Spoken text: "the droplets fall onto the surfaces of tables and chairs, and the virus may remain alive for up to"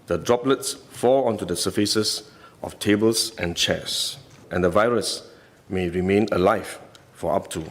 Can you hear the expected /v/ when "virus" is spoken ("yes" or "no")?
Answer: yes